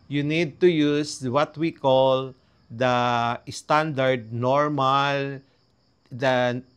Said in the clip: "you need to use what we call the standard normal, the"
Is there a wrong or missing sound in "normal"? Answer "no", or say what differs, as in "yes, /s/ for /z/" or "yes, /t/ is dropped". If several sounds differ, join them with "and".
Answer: no